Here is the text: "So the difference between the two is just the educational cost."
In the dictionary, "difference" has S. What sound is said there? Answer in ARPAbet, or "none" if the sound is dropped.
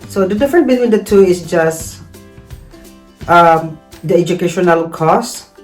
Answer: none